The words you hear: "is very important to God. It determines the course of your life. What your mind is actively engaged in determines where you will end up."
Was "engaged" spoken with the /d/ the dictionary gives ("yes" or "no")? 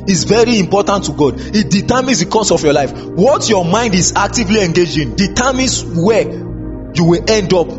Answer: no